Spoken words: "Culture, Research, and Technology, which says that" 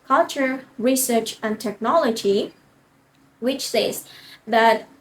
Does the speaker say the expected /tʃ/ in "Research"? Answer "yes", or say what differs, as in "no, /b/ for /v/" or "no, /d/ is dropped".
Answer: yes